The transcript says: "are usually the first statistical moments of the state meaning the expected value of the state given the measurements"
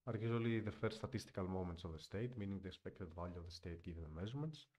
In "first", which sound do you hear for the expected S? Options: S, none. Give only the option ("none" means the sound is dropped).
none